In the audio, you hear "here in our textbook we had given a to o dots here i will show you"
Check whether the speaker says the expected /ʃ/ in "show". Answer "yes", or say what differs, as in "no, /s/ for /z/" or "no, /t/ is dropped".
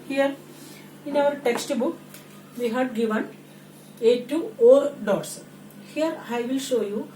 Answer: yes